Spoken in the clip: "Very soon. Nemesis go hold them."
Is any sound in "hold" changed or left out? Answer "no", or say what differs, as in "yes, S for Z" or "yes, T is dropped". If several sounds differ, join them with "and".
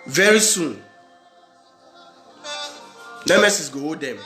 yes, L is dropped